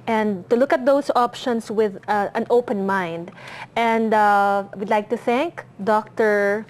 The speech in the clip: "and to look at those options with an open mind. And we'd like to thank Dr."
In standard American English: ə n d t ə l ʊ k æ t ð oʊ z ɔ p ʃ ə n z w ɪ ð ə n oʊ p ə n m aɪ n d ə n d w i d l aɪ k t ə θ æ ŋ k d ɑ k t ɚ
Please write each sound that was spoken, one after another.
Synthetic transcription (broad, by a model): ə n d t ə l ʊ k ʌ t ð oʊ s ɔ p ʃ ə n s w ɪ ð ə n oʊ p ə n m aɪ n d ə n d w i d l aɪ k t ə θ æ ŋ k d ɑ k t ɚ